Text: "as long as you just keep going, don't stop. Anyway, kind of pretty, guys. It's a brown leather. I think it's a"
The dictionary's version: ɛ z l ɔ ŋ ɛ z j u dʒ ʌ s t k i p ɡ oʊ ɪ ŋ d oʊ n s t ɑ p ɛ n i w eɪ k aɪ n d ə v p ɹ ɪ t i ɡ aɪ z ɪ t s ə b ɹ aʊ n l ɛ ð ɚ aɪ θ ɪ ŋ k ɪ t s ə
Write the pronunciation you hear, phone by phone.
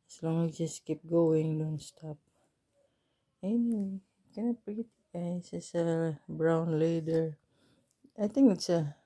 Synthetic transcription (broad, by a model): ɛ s l ɔ ŋ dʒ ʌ s k i p ɡ oʊ ɪ ŋ d oʊ n s t ɑ p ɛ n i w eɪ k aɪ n ə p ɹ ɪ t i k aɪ s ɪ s ə b ɹ aʊ n l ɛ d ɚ aɪ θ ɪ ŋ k ɪ t s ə